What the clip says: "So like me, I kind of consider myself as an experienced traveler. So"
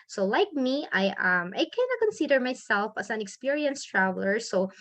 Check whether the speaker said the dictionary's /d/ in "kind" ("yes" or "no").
no